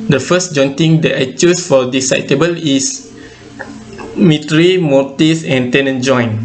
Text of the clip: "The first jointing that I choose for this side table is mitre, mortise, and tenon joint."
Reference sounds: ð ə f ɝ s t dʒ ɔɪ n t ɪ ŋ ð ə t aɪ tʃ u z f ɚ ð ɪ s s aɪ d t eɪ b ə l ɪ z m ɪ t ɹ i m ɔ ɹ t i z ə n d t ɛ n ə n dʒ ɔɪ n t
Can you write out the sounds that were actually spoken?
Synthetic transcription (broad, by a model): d ə f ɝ s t dʒ ɔɪ n t ɪ ŋ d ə t aɪ tʃ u s f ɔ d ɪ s s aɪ t eɪ b ə l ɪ s m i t ɹ i m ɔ t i s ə n t ɛ n ə n dʒ ɔɪ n